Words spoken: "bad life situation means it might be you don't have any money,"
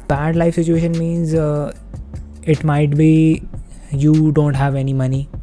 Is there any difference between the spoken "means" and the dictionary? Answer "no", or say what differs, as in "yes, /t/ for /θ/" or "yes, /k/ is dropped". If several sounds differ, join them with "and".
no